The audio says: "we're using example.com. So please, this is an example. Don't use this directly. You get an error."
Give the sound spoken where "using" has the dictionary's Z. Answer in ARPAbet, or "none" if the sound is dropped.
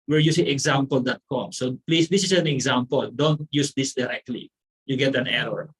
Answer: S